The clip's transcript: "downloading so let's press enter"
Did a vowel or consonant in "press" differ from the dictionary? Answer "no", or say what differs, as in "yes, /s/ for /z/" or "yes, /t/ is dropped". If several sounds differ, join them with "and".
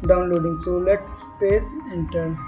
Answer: yes, /ɹ/ is dropped